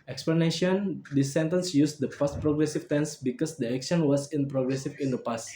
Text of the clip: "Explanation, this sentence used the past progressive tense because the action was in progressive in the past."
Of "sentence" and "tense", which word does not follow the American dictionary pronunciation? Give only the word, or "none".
none